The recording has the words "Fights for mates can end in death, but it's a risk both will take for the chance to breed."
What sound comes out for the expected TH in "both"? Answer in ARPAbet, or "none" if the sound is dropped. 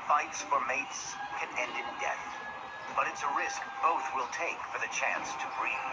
TH